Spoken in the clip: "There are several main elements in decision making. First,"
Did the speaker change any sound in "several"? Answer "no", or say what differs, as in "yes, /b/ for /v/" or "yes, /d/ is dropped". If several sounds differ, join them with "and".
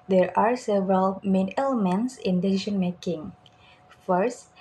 no